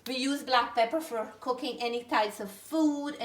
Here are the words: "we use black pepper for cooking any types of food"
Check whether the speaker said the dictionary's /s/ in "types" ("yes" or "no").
yes